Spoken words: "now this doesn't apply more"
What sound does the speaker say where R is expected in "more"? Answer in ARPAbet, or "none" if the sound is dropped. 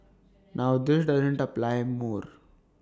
R